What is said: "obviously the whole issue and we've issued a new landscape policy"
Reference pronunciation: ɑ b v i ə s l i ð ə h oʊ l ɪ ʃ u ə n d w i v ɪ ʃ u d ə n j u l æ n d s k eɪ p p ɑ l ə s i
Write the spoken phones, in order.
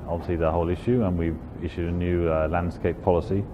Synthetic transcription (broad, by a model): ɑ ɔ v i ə s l i ð ə h oʊ l ɪ ʃ u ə n w i v ɪ ʃ u d ə n j u l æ n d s k eɪ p p ɑ l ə s i